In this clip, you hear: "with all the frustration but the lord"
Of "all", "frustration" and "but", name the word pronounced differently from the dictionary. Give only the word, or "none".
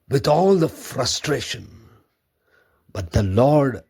none